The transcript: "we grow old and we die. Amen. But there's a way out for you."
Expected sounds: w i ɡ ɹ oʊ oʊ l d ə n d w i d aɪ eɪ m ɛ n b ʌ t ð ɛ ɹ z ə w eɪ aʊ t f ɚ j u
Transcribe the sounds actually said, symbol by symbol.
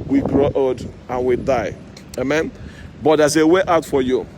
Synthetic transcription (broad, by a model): w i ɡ ɹ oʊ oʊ d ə n w i d aɪ eɪ m ɛ n b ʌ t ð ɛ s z ə w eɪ aʊ t f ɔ j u